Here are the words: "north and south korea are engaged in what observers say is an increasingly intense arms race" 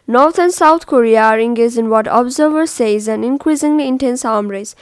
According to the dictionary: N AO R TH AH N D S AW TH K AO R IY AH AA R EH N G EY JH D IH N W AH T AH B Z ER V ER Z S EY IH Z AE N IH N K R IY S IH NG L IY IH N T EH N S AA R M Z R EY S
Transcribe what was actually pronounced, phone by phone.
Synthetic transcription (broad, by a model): N AO R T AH N S AW T K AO R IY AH AA R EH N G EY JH IH N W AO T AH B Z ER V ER S EY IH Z AE N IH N K R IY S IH NG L IY IH N T EH N S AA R M R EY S